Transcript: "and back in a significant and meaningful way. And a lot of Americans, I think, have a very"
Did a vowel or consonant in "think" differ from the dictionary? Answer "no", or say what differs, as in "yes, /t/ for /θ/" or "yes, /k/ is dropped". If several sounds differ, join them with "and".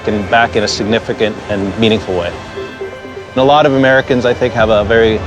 no